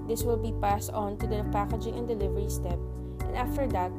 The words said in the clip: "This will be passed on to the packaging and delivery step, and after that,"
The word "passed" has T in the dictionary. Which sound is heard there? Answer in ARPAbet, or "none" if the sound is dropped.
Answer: T